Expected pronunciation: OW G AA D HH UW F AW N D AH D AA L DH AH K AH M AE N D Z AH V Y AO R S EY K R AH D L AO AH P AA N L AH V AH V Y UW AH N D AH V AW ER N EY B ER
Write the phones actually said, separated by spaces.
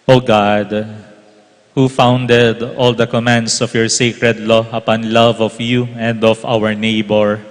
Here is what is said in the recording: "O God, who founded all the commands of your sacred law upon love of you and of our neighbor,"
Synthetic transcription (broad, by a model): OW G AA D HH UW F AW N D AH D AA L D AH K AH M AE N D S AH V Y AO R S EY K R AH D L AO AH P AA N L AH V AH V Y UW AH N D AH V AW ER N EY B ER